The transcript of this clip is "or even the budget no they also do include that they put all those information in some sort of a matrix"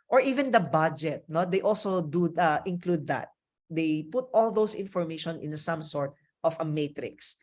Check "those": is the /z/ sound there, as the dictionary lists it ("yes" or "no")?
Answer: no